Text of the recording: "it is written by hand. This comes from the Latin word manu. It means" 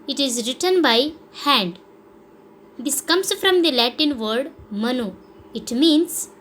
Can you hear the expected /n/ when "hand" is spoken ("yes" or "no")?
yes